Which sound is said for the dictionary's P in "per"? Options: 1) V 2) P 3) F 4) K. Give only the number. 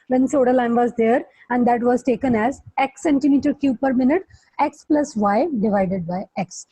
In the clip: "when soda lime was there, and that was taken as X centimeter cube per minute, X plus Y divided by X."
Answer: 2